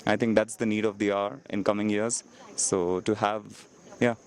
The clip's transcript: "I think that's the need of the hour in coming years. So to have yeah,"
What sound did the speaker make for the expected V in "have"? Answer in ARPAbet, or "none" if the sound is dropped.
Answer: V